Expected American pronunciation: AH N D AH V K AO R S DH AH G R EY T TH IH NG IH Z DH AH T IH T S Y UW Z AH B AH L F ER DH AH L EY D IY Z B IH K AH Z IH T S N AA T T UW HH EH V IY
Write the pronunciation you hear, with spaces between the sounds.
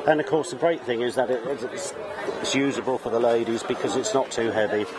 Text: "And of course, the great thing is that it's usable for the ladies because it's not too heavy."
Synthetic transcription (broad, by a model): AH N AH V K AO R S DH AH G R EY T TH IH NG IH Z DH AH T IH T S Y UW Z AH B AH L F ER DH AH L EY D IY Z B IH K AH Z IH T S N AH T T UW HH EH V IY